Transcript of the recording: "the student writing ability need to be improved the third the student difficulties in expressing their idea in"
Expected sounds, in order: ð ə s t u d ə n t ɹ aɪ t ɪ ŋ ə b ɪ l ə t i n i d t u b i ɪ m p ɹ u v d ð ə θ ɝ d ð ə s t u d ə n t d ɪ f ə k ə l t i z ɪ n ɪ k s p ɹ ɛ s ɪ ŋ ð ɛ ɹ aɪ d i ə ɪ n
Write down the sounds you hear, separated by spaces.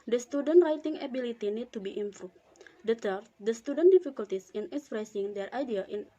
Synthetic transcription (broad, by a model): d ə s t u d ə n t ɹ aɪ t ɪ ŋ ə b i l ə t i n i d t u b i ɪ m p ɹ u d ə t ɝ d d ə s t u d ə n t d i f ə k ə l t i s ɪ n ɪ k s p ɹ ɛ s ɪ ŋ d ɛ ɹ aɪ d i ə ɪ n